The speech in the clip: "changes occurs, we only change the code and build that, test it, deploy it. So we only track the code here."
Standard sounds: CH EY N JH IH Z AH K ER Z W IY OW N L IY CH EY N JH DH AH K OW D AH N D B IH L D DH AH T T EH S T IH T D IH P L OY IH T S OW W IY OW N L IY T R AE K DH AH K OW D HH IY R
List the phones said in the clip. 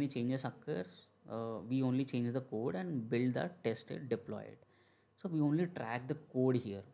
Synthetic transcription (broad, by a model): CH EY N JH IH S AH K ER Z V IY OW N L IY CH EY N JH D AH K OW D AH N D B IH L D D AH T T EH S T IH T D IH P L OY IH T S OW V IY OW N L IY T R AE K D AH K OW D HH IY R